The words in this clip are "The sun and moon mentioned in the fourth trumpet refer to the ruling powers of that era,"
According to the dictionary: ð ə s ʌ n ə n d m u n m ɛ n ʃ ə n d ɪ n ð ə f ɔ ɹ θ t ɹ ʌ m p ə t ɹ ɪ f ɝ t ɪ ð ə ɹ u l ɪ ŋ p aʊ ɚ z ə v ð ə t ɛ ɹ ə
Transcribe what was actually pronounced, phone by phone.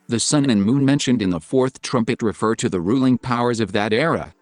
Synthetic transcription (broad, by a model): ð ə s ʌ n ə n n m u n m ɛ n ʃ ə n d ɪ n ð ə f ɔ ɹ θ t ɹ ʌ m p ə t ɹ ɪ f ɝ t ɪ ð ə ɹ u l ɪ ŋ p aʊ ɚ z ə v ð ə t ɛ ɹ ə